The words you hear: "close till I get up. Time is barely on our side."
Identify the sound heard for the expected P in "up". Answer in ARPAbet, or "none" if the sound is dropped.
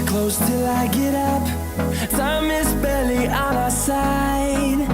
P